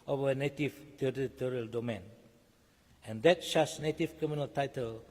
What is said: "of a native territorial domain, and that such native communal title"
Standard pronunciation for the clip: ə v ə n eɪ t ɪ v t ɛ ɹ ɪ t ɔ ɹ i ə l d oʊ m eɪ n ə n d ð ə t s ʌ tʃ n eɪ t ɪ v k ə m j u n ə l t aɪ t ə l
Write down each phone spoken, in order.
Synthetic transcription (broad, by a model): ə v ə n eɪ t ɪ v t ɛ ɹ ɪ t ɔ ɹ i ə l d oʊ m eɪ n ə n d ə t ʃ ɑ s n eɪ t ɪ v k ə m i n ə l t aɪ t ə l